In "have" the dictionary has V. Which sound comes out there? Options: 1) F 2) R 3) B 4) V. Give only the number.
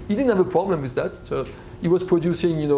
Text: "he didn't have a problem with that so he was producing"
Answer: 4